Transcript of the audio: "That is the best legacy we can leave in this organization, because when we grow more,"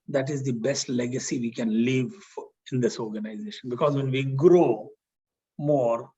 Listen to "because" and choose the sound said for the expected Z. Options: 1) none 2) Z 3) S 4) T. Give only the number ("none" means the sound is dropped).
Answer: 2